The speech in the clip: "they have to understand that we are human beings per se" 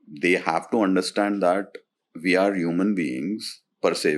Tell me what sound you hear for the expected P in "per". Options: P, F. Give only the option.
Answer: P